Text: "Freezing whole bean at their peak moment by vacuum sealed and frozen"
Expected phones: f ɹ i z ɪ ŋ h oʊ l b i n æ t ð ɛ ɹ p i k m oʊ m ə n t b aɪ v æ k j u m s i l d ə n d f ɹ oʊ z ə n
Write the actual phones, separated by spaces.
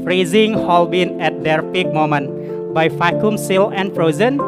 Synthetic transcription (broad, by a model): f ɹ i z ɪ ŋ h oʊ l b i n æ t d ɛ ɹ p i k m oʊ m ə n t b aɪ f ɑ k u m s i l ə n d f ɹ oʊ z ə n